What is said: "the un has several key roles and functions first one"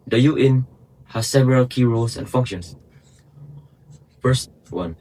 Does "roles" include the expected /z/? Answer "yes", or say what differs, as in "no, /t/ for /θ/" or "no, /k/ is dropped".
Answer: no, /s/ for /z/